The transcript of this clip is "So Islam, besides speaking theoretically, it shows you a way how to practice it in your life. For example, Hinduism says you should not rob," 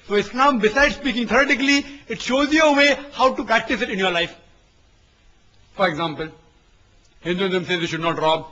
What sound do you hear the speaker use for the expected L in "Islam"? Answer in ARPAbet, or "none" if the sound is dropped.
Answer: N